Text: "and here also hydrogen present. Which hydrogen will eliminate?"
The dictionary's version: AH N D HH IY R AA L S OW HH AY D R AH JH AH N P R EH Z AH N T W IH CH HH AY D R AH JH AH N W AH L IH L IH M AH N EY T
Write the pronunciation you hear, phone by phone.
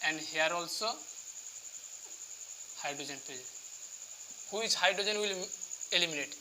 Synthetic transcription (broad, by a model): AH N D HH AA R AA L S OW HH AY D R AH JH AH N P EH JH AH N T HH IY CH HH AY D R AH JH AH N W AH L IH L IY M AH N EY T